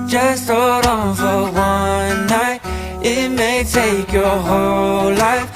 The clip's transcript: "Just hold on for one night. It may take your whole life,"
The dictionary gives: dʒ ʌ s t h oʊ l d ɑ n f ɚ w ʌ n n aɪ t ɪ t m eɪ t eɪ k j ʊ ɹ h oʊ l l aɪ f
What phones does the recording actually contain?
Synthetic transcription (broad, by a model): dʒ ʌ s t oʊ d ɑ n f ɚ w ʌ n n aɪ t ɪ t m eɪ t eɪ k j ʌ ɹ h oʊ l l aɪ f